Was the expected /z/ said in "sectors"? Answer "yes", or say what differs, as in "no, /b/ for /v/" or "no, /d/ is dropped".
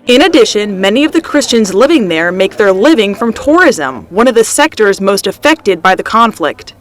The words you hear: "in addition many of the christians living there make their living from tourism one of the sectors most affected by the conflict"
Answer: yes